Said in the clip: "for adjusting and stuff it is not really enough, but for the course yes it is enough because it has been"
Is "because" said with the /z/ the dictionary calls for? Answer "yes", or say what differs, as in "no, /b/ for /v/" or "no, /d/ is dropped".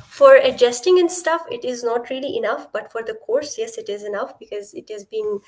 yes